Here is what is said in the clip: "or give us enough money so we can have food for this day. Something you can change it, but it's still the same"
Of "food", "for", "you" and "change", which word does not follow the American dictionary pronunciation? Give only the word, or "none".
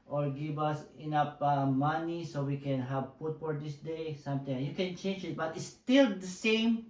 food